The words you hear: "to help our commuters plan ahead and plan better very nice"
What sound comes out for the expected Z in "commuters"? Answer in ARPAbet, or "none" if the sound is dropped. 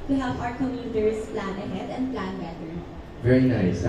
S